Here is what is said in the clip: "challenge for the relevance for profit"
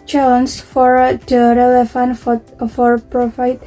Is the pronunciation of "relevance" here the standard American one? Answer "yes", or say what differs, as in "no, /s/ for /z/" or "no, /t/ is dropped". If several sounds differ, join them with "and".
no, /s/ is dropped